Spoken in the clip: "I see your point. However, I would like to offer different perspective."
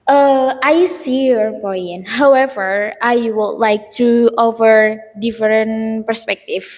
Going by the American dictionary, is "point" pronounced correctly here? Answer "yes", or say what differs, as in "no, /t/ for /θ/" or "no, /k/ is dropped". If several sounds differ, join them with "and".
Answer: no, /b/ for /p/